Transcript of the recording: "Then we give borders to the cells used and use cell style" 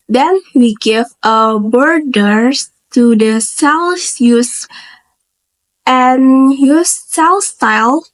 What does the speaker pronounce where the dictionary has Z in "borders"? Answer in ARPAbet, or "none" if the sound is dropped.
none